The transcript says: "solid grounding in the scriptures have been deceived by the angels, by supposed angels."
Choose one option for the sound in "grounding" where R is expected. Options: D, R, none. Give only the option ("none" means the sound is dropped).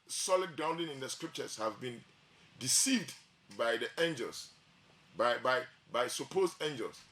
none